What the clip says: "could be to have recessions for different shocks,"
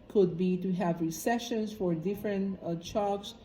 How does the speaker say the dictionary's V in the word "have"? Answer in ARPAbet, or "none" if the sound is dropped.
V